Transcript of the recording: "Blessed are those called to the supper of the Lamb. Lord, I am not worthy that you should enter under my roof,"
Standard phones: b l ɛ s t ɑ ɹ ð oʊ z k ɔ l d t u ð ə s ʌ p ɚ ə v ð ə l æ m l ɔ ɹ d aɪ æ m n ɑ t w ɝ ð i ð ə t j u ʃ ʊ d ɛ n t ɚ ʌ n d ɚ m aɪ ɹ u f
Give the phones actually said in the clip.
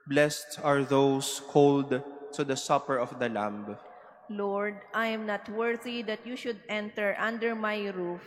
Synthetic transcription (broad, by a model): b l ɛ s t ɑ ɹ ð oʊ s k ɔ l d t u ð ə s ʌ p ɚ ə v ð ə l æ m l ɔ ɹ d aɪ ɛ m n ɑ t w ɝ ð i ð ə t j u ʃ ʊ d ɛ n t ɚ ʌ n d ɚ m aɪ ɹ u f